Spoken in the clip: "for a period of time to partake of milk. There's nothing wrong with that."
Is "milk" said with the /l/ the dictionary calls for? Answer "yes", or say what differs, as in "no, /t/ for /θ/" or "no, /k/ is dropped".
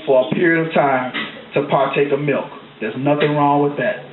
yes